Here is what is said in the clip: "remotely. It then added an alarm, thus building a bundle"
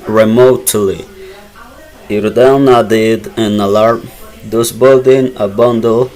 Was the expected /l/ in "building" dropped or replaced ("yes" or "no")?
yes